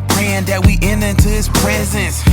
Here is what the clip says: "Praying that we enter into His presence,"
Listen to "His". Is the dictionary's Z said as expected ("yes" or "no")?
no